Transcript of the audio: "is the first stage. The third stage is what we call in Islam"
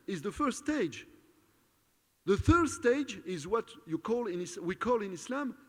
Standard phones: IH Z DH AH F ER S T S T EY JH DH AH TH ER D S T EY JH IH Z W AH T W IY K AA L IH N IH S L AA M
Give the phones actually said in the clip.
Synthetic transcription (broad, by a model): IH Z DH AH F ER S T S T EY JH DH AH TH ER D S T EY JH IH Z W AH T W IY K AA L IH N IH S L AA M